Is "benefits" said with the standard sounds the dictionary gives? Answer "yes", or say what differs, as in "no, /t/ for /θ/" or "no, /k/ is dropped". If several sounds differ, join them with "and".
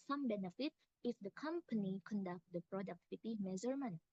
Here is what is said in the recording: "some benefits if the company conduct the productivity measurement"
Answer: no, /s/ is dropped